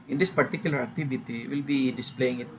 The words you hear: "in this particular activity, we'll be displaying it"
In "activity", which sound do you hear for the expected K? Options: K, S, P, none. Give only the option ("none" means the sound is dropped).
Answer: none